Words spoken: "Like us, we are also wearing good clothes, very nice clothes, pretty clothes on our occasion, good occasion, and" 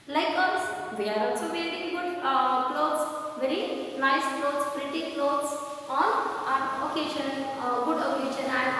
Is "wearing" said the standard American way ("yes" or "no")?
no